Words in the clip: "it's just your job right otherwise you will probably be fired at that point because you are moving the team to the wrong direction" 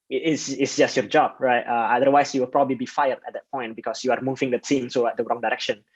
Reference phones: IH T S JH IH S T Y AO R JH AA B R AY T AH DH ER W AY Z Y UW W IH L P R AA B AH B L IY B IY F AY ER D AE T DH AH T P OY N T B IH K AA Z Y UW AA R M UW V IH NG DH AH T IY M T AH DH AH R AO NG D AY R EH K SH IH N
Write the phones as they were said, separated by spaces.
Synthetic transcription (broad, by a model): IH T S JH IH S T Y AO R JH AA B R AY T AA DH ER W AY S Y UW W IH L P R AA B AH B L IY B IY F AY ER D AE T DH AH T P OY N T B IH K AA S Y UW AA R M UW V IH NG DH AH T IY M S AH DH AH R AO NG D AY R EH K SH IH N